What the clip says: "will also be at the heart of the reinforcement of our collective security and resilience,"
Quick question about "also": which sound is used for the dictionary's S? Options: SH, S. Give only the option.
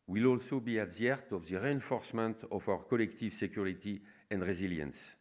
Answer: S